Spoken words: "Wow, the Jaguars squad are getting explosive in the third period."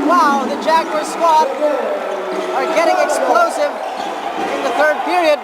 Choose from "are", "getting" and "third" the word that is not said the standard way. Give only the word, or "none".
none